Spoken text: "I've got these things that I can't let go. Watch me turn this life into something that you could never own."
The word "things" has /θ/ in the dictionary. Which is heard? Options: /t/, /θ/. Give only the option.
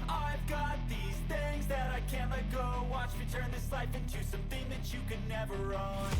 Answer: /θ/